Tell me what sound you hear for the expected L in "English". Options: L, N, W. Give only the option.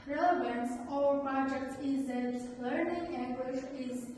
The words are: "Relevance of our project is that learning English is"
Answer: W